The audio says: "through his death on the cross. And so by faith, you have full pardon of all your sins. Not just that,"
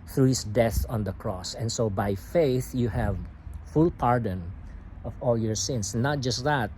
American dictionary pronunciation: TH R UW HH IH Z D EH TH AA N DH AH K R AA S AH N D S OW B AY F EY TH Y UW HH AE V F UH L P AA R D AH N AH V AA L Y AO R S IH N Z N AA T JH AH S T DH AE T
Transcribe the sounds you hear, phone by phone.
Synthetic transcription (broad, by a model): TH R UW HH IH S D EH TH AA N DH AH K R AA S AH N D S OW B AY F EY TH Y UW HH AE V F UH L P AA R D AH N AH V AA L Y AO R S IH N S N AA T JH AH S T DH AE T